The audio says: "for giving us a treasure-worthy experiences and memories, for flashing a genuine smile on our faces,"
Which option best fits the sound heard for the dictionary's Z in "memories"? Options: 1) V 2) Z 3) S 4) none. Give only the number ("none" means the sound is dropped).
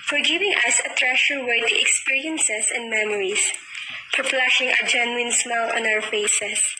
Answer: 3